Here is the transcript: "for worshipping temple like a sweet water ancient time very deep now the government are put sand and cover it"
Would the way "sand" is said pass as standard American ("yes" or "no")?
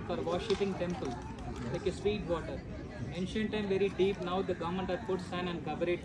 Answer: no